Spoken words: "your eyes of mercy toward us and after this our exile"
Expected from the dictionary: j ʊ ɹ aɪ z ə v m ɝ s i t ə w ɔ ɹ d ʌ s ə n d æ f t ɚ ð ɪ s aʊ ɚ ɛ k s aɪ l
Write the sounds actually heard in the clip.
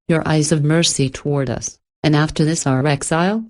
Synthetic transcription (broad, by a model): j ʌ ɹ aɪ z ə v m ɝ s i t ə w ɔ ɹ d ʌ s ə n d æ f t ɚ ð ɪ s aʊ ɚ ɛ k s aɪ l